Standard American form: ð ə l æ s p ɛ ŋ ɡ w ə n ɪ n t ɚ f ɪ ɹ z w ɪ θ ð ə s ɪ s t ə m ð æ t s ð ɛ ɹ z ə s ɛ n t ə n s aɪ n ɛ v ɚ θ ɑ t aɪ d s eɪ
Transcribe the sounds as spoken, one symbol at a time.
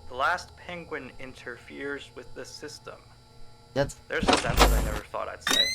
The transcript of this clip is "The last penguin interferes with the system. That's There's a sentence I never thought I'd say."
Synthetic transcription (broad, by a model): ð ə l æ s p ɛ ŋ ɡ w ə n ɪ n t ɚ f ɪ ɹ z w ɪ ð ə s ɪ s t ə m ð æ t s ð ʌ ɹ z ə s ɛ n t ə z aɪ n ɛ v ɚ θ ɑ t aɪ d s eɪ